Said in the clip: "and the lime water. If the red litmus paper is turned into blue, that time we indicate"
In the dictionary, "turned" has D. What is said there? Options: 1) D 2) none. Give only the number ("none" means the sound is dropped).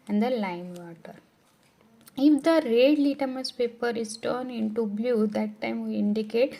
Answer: 2